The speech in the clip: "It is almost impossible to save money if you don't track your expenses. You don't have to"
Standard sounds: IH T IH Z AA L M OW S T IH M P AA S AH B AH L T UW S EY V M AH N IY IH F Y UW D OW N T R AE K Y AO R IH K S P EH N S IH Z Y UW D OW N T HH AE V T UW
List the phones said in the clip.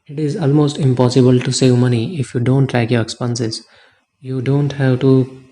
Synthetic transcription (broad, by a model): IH T IH Z AA L M OW S T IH M P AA S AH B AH L T UW S EY V M AH N IY IH F Y UW D OW N T L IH K Y AO R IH K S P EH N S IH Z Y UW D OW N T HH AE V T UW